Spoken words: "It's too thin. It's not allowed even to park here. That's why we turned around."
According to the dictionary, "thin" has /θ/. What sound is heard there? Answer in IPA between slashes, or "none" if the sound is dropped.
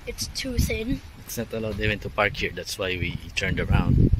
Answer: /s/